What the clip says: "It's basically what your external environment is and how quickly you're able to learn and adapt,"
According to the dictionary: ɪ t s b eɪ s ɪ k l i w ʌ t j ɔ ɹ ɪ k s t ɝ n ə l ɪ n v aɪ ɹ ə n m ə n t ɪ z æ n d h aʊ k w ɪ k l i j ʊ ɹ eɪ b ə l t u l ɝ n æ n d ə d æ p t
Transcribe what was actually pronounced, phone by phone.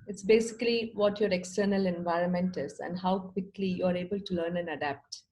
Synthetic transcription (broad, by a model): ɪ t s b eɪ s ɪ k l i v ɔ t j ɔ ɹ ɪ k s t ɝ n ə l ɪ n v aɪ ɹ ə n m ə n t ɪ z æ n d h aʊ k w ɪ k l i j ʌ ɹ eɪ b ə l t u l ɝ n æ n d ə d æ p t